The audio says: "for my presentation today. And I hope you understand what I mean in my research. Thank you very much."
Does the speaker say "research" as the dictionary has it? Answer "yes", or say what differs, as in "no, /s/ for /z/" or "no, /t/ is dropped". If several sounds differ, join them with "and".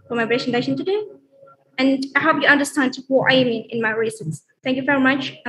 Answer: no, /s/ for /tʃ/